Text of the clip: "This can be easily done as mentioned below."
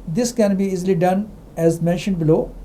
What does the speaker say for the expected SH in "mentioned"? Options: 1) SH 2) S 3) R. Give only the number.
1